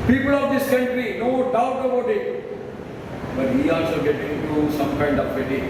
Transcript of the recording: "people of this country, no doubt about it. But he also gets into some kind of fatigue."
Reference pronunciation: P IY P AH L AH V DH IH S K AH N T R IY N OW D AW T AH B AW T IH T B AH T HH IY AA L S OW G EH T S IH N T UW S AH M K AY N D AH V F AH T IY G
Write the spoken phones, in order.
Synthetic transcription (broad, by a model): P IY P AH L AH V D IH S K AH N T R IY N OW D AW T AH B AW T IH T B AH T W IY AA L S OW G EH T IH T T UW S AH M K AY N D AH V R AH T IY